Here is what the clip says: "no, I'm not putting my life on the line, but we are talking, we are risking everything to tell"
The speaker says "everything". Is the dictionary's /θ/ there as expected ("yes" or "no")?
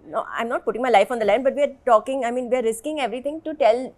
no